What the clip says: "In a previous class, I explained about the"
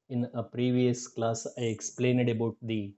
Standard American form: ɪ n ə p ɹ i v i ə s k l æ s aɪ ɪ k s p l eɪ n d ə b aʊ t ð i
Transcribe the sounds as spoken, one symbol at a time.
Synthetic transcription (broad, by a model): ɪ n ə p ɹ i v i ə s k l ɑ s aɪ ɪ k s p l eɪ n d ə b aʊ t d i